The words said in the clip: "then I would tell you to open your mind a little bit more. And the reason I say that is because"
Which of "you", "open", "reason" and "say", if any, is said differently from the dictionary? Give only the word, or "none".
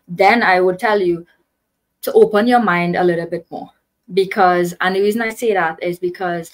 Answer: none